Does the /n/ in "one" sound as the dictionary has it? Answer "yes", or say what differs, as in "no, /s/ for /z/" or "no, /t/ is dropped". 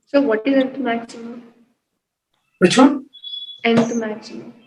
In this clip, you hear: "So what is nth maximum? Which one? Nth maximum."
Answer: no, /n/ is dropped